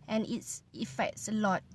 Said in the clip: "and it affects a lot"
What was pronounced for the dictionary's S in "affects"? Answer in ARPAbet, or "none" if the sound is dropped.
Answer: S